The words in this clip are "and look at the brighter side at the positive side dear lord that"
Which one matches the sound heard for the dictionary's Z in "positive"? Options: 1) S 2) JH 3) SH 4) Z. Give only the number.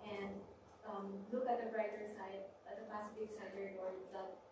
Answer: 1